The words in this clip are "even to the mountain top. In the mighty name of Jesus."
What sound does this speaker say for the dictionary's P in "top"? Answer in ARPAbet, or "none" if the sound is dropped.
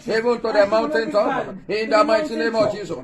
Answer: none